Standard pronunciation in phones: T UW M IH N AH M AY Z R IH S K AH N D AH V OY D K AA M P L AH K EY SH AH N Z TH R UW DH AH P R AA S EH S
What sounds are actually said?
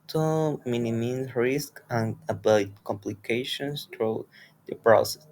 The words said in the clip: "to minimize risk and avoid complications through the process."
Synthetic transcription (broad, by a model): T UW M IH N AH M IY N R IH S K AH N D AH B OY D K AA M P L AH K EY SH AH N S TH R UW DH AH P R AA S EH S